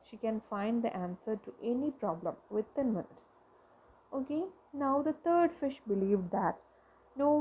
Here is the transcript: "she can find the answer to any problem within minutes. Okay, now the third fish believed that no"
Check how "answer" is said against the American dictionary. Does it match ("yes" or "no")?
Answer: yes